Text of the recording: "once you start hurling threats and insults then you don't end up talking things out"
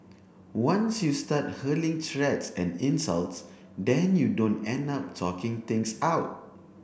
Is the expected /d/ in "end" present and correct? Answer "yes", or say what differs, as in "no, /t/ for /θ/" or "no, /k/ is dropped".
yes